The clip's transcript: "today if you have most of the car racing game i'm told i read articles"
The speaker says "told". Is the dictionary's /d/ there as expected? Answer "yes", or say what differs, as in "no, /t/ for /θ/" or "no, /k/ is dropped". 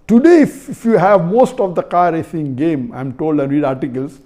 yes